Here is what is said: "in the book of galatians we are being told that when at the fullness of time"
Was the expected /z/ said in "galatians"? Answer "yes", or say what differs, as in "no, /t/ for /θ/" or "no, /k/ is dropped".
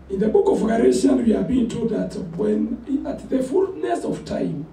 no, /z/ is dropped